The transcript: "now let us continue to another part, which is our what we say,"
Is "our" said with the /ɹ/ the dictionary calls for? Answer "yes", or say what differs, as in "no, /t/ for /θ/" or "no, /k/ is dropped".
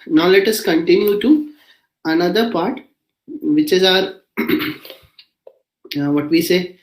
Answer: yes